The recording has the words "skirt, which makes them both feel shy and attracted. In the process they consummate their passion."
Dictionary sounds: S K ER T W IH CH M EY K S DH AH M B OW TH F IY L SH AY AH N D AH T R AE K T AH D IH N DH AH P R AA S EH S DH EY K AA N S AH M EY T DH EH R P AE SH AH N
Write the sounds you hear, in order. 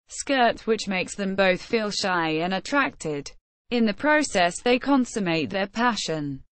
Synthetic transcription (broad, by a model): S K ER T W IH CH M EY K S DH AH M B OW TH F IY L SH AY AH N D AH T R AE K T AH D IH N DH AH P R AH S EH S DH EY K AA N S AH M EY T DH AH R P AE SH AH N